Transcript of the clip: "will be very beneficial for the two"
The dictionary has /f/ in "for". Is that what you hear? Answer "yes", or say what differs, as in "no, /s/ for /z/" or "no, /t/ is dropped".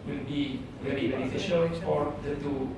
no, /p/ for /f/